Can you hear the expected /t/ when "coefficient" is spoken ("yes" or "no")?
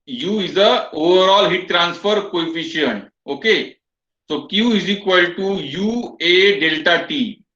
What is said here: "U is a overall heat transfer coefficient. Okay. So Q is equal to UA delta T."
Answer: no